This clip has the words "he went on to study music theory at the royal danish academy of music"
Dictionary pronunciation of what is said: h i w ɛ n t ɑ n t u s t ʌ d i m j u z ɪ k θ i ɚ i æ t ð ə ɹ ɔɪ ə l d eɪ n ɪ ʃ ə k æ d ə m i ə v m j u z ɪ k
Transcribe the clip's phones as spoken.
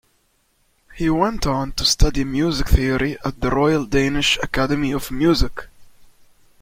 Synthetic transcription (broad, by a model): h i w ɛ n t n t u s t ʌ d i m j u z ɪ k θ i ɚ i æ t ð ə ɹ ɔɪ ə l d eɪ n ɪ ʃ ə k æ d ə m i ə v m j u z ɪ k